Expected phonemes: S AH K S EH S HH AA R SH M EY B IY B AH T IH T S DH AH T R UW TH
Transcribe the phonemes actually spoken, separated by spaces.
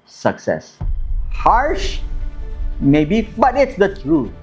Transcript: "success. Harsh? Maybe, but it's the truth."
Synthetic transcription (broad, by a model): S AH K S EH S HH AA R SH M EY B IY B AH T IH T S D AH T R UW